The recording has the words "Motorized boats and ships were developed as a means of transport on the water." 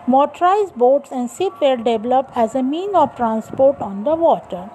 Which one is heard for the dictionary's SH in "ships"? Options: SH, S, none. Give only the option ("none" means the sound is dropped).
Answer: S